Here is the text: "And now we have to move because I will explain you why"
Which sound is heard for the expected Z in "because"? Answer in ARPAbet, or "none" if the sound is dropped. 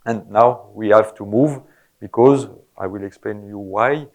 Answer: Z